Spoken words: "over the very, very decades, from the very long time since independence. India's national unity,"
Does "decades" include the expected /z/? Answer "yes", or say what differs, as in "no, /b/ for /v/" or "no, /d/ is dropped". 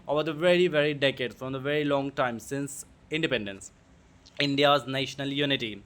no, /z/ is dropped